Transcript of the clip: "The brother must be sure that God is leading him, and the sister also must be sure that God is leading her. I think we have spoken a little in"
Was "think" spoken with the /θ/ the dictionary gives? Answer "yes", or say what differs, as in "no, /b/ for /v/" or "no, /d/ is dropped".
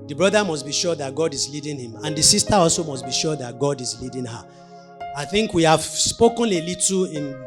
yes